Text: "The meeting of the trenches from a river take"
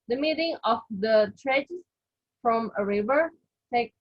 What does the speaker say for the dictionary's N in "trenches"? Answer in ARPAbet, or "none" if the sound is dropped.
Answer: none